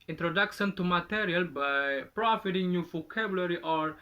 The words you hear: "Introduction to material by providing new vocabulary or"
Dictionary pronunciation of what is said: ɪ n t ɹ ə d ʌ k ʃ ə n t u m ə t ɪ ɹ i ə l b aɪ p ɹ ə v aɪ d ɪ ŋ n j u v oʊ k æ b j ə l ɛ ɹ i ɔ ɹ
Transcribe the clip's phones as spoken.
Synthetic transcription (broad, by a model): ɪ n t ɹ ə d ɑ k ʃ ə n t u m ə t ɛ ɹ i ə l b aɪ p ɹ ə f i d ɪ ŋ n j u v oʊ k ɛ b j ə l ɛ ɹ i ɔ ɹ